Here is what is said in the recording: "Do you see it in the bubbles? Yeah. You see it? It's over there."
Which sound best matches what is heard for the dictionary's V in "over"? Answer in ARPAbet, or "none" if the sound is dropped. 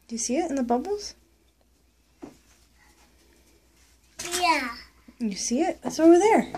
W